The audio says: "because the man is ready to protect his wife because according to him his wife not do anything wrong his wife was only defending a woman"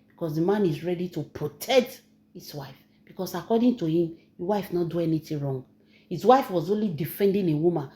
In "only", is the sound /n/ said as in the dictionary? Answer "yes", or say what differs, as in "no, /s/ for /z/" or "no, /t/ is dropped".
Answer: yes